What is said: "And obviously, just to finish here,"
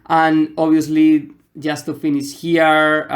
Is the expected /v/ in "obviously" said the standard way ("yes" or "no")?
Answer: no